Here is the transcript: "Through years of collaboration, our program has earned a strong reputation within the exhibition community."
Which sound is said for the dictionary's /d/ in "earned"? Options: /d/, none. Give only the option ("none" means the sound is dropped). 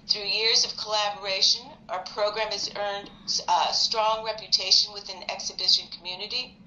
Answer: /d/